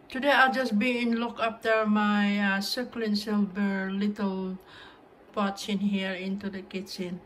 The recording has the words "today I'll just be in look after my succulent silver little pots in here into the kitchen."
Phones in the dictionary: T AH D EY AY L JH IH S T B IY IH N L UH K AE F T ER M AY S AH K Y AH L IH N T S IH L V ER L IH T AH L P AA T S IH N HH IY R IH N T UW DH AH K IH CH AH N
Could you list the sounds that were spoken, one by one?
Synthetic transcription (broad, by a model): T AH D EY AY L JH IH S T B IY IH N L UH K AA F T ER M AY S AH K L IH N S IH L B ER L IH T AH L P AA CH IH N HH IY R IH N T UW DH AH K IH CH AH N